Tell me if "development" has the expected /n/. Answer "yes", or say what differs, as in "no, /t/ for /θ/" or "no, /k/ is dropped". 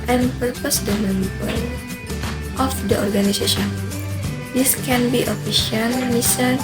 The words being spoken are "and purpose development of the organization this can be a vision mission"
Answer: no, /l/ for /n/